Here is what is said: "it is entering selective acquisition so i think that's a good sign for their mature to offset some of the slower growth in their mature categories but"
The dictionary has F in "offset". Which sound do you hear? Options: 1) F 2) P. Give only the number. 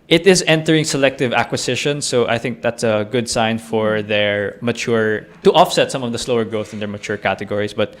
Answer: 1